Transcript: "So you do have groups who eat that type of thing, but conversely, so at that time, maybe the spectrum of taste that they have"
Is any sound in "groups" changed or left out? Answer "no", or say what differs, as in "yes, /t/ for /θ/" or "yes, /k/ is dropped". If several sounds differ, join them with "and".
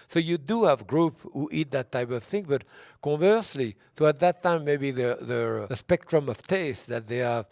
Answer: yes, /s/ is dropped